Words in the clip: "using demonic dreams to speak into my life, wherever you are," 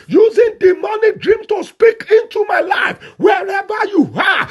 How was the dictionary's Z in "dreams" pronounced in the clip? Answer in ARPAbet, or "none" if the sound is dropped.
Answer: none